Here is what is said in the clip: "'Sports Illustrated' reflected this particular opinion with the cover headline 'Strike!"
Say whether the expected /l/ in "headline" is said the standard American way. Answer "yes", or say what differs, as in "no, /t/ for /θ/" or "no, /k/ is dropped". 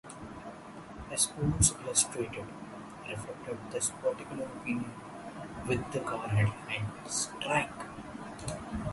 no, /l/ is dropped